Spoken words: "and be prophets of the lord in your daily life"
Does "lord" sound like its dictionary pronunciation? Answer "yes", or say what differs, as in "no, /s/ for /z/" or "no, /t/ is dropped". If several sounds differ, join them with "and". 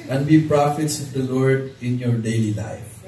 yes